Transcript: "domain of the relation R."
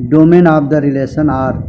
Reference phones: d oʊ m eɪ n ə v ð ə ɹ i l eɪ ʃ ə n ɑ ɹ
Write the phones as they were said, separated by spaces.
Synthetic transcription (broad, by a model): d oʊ m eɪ n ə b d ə ɹ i l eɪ s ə n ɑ ɹ